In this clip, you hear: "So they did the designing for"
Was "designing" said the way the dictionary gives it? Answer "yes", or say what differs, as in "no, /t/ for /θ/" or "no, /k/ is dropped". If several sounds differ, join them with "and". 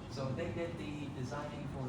yes